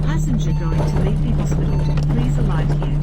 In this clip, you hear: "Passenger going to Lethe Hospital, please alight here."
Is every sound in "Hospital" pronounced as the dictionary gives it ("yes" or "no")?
no